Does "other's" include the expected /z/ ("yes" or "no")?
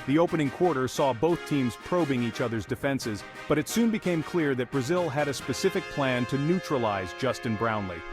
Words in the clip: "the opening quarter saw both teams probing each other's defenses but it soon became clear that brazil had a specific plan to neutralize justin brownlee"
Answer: yes